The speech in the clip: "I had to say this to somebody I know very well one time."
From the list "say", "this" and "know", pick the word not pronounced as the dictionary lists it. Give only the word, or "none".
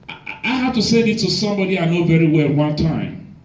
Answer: this